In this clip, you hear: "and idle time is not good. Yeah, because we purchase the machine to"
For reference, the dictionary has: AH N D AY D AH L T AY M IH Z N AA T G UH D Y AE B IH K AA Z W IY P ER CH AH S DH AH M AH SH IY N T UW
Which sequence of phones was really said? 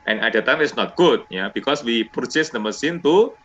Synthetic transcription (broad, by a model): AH N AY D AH T AY M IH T N AA T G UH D Y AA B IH K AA S W IY P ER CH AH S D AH M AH S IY N T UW